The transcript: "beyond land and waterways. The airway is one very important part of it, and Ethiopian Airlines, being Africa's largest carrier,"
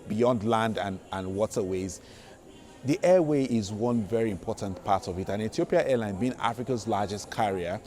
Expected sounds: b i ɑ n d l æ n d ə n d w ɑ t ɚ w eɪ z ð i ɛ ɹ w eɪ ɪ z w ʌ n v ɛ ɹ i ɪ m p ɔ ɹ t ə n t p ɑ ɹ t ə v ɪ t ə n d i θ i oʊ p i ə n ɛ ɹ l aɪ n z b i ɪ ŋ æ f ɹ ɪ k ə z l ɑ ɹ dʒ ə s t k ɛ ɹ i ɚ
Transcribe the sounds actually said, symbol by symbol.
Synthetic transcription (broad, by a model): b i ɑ n d l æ n d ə n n w ɑ t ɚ w eɪ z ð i ɛ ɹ w eɪ ɪ z w ʌ n v ɛ ɹ i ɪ m p ɔ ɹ t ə n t p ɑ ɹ t ə v ɪ t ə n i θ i oʊ p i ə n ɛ l aɪ n b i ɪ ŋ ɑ f ɹ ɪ k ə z l ɑ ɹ dʒ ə s t k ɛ ɹ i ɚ